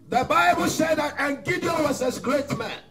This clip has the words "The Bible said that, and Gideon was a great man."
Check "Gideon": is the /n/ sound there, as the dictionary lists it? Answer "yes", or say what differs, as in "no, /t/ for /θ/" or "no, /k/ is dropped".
no, /l/ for /n/